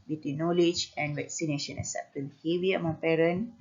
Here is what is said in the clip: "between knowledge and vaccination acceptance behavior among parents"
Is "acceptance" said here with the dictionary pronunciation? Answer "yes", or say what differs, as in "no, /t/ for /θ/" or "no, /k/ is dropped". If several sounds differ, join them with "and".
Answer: no, /k/ is dropped